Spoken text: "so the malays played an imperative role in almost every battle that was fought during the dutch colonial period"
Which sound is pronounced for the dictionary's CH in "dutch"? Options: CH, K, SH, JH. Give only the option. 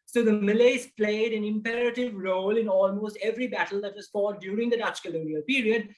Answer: CH